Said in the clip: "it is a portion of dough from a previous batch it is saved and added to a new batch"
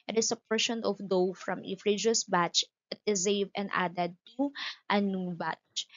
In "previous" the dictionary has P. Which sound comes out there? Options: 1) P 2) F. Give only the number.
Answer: 2